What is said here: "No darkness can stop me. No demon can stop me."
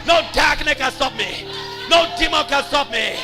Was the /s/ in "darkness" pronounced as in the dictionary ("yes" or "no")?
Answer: no